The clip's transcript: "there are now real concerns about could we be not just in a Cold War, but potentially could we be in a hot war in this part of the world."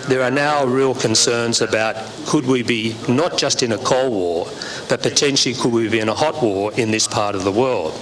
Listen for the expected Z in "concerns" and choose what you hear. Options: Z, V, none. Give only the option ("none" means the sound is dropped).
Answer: Z